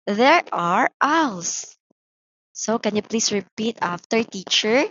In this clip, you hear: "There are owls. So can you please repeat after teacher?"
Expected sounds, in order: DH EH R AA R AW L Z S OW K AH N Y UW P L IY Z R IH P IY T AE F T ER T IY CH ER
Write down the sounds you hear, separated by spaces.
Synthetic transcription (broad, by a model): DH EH R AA R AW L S S OW K AH N Y UW P L IY S R IH P IY T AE F T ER T IY CH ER